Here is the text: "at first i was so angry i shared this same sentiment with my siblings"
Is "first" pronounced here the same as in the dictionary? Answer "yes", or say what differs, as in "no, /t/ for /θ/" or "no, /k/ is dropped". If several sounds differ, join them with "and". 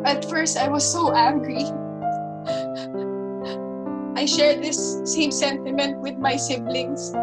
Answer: yes